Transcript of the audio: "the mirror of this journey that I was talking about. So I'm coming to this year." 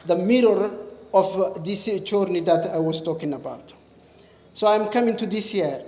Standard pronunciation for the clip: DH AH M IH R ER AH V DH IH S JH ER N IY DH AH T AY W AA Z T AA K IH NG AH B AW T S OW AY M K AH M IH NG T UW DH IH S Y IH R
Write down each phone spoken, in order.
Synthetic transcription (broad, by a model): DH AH M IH R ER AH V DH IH S CH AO N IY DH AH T AY W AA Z T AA K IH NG AH B AW T S OW AY M K AH M IH NG T UW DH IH S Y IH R